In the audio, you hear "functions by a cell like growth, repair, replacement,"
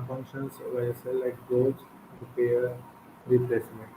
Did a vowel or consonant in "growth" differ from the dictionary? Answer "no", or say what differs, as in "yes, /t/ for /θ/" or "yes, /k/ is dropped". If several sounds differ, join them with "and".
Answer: yes, /ɹ/ is dropped